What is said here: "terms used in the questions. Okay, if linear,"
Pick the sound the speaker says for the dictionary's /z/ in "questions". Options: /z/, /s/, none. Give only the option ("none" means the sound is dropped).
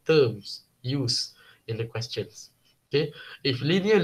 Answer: /s/